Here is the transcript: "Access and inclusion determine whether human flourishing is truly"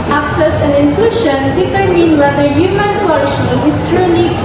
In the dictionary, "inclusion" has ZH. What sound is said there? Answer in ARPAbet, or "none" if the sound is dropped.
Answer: SH